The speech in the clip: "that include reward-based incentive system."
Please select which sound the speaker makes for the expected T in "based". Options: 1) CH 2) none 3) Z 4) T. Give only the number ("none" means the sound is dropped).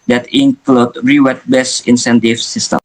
2